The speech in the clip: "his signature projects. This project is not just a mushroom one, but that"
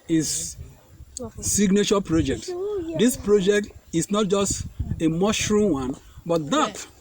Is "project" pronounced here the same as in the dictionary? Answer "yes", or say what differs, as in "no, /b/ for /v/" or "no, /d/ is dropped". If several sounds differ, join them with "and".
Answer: yes